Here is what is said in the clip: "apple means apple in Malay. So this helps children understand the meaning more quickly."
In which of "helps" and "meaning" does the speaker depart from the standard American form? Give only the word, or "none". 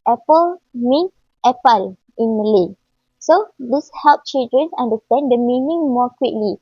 helps